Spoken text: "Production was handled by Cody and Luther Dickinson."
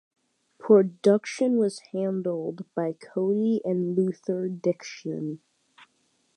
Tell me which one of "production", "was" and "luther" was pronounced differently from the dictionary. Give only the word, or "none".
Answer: none